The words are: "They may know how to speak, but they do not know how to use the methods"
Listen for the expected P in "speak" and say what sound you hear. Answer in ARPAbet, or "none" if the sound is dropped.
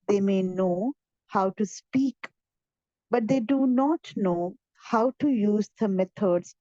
P